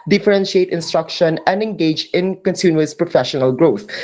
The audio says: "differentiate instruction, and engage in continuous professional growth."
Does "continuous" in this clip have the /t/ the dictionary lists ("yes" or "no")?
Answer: no